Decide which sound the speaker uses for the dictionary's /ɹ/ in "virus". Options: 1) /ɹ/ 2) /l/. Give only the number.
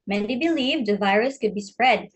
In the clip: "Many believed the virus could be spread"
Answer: 1